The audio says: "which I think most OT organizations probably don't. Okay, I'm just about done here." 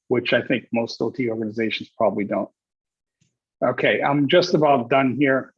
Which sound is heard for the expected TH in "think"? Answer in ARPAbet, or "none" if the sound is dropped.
TH